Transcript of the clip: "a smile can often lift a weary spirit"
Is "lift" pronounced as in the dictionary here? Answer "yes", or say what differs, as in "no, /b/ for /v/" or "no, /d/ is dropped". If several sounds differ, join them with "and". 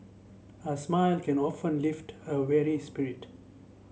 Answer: yes